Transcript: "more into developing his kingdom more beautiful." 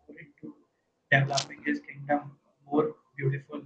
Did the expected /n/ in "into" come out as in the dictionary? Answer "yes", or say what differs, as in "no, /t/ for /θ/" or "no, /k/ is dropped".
no, /n/ is dropped